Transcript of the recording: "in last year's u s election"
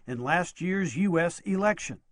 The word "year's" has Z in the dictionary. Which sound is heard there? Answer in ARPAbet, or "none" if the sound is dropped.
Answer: Z